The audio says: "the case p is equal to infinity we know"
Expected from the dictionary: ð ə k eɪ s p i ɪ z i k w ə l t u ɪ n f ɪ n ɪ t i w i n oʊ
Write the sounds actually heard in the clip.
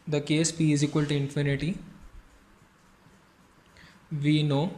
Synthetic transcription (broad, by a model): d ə k eɪ s f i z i k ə l t u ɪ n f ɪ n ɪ t i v i n oʊ